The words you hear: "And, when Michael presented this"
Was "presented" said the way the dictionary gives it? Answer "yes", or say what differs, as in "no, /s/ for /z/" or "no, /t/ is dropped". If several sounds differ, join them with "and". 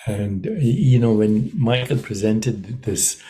yes